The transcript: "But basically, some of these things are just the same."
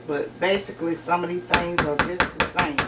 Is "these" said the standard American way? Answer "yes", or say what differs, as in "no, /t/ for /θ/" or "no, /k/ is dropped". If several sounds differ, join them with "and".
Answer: no, /z/ is dropped